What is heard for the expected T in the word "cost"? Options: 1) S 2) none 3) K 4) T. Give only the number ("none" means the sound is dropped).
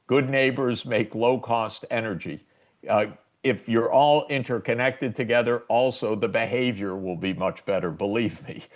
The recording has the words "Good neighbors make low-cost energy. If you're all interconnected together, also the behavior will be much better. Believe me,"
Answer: 4